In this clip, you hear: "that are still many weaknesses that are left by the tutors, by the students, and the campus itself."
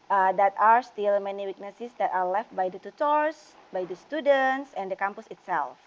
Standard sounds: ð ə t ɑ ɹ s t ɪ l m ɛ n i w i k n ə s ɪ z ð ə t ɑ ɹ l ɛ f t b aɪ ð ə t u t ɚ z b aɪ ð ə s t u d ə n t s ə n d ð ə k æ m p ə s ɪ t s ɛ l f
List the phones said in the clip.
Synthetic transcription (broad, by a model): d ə t ɑ ɹ s t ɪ l m ɛ n i w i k n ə s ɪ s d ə t ɑ ɹ l ɛ f t b aɪ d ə t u t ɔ s b aɪ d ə s t u d ə n t s ə n d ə k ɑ m p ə s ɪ t s ɛ l f